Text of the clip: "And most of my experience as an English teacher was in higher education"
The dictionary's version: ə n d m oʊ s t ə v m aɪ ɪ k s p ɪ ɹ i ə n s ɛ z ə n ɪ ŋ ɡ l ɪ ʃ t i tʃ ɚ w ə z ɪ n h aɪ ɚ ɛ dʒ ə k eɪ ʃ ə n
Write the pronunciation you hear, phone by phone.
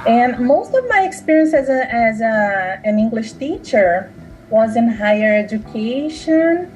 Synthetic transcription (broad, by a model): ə n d m oʊ s t ə v m aɪ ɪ k s p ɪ ɹ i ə n s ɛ z ə n ɪ ŋ ɡ l ɪ ʃ t i tʃ ɚ w ə z ɪ n h aɪ ɚ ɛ dʒ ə k eɪ ʃ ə n